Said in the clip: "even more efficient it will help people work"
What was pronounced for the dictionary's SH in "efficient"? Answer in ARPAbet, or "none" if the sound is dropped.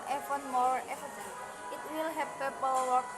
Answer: S